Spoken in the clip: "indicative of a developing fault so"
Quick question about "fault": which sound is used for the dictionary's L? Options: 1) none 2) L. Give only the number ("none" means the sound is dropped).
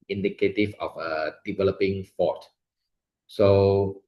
1